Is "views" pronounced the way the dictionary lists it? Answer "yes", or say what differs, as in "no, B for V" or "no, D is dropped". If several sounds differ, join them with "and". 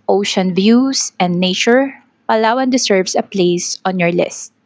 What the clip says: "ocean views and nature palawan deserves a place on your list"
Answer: no, S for Z